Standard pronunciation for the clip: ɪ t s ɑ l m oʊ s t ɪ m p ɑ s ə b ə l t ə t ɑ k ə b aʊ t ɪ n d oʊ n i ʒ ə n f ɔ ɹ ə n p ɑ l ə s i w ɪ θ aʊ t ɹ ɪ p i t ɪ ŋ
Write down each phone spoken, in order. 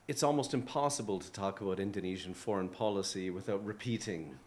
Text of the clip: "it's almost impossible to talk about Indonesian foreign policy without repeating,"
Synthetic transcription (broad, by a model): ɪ t s ɑ l m oʊ s t ɪ m p ɑ s ə b ə l t ə t ɑ k ə b aʊ t ɪ n d oʊ n i ʒ ə n f ɔ ɹ ə n p ɑ l ə s i w ɪ θ aʊ t ɹ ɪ p i t ɪ ŋ